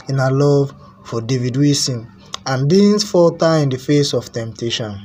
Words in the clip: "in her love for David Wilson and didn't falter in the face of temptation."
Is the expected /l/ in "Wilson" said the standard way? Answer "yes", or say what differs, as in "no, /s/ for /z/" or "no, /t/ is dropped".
no, /l/ is dropped